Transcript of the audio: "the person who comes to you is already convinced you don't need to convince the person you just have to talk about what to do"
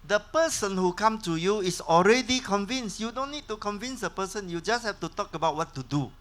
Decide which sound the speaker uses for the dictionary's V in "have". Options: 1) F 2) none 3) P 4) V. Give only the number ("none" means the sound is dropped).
1